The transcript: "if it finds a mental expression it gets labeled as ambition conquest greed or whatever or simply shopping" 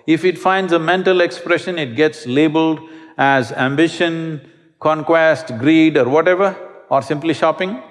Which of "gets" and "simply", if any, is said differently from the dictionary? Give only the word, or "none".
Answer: none